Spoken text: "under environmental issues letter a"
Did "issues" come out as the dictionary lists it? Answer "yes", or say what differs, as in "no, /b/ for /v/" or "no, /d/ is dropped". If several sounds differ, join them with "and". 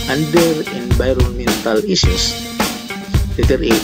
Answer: no, /s/ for /ʃ/